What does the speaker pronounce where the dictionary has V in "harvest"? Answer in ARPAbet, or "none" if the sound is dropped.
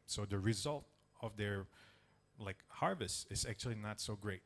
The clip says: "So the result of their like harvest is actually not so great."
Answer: V